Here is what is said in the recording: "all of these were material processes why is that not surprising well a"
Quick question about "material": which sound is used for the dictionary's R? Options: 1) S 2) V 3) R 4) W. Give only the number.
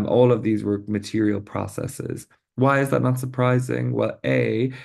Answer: 3